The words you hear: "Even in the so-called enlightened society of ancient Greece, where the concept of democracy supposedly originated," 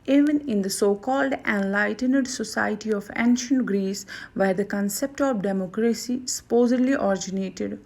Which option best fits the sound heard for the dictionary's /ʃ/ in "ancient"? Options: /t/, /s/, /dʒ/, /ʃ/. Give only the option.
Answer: /ʃ/